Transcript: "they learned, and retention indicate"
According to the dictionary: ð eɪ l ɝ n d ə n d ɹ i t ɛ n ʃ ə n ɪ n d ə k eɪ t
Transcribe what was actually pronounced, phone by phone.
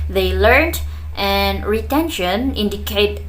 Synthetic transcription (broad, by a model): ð eɪ l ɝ n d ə n ɹ i t ɛ n ʃ ə n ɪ n d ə k eɪ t